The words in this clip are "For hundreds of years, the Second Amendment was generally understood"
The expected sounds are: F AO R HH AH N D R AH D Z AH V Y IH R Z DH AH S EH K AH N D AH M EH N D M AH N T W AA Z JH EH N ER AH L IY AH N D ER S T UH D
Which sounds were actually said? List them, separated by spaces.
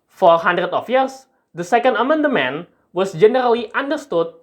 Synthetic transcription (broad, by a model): F AO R HH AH N D R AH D AH F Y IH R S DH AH S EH K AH N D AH M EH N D M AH N W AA S JH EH N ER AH L IY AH N D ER S T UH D